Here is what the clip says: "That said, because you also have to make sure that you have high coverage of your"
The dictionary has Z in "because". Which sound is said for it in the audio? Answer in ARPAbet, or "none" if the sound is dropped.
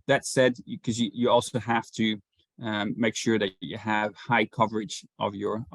none